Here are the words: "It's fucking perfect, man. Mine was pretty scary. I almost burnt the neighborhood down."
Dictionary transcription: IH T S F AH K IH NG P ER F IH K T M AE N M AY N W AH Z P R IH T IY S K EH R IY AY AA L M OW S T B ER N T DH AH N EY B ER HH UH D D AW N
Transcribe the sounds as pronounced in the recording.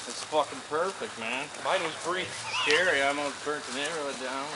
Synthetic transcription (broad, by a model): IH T S F AH K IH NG P ER F IH K T M AE N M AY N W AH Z B R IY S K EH R IY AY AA M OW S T B ER N T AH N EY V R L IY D D AW N